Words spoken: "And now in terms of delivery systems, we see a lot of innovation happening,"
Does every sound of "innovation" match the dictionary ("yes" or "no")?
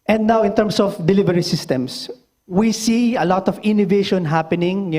yes